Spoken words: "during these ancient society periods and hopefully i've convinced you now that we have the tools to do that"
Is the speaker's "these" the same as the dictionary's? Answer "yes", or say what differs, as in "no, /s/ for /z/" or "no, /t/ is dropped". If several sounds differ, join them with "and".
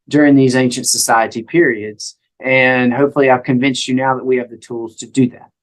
yes